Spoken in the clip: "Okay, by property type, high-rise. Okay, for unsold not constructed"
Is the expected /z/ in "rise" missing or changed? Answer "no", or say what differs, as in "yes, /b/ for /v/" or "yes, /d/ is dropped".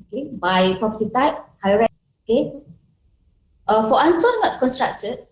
yes, /z/ is dropped